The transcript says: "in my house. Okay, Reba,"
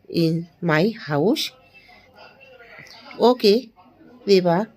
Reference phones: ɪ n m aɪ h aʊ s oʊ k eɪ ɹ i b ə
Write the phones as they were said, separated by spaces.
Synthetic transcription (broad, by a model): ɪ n m aɪ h aʊ ʃ oʊ k eɪ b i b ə